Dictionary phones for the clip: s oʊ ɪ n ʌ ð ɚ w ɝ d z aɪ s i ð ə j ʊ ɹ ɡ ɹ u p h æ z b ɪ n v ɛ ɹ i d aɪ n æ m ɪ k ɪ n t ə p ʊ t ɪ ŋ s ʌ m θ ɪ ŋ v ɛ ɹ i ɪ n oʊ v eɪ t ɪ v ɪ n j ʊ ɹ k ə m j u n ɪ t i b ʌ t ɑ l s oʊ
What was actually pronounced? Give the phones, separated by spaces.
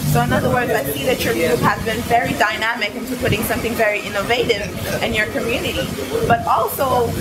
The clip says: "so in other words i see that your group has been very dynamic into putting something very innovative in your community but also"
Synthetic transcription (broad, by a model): s oʊ ɪ n ʌ ð ɚ w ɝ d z aɪ s i ð ə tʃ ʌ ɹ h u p h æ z b ɪ n v ɛ ɹ i d aɪ n æ m ɪ k ɪ n t ə p ʊ t ɪ ŋ s ʌ m θ ɪ ŋ v ɛ ɹ i ɪ n oʊ v eɪ t ɪ v ɪ n j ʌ ɹ k ə m j u n ɪ t i b ʌ t ɑ l s oʊ